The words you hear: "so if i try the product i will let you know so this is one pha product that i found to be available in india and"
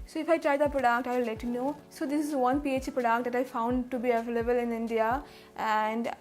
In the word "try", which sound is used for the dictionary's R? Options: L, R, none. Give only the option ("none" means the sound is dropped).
R